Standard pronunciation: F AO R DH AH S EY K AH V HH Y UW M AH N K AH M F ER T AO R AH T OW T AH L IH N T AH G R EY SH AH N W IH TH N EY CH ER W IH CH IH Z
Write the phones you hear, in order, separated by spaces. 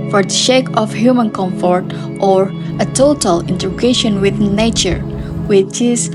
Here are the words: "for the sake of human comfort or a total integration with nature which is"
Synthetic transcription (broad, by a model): F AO R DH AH SH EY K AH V HH Y UW M AH N K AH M F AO T AO R AH T OW T AH L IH N T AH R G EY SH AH N W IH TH N EY CH ER W IH CH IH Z